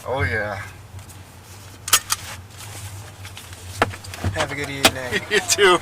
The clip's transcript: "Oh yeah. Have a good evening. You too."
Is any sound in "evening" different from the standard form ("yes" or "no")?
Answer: yes